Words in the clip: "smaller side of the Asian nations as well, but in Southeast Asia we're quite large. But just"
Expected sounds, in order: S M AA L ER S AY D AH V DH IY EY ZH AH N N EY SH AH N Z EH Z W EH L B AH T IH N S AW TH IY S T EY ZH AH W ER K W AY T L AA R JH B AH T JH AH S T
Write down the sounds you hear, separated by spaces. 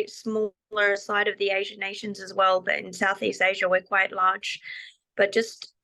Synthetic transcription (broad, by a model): S M AA L ER S AY D AH V DH IY EY ZH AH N N EY SH AH N Z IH Z W EH L B AH T IH N S AW TH IY S T EY ZH AH W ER K W AY T L AA R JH B AH T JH AH S T